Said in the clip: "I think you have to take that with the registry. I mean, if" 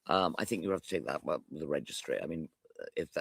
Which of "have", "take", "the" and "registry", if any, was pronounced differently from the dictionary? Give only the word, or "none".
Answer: have